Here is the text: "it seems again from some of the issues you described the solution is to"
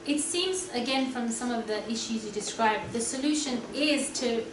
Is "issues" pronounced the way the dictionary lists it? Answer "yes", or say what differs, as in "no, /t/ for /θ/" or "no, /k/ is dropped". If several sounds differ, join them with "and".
yes